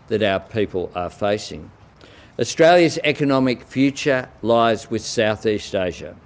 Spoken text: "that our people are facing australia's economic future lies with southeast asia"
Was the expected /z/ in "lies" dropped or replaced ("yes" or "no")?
no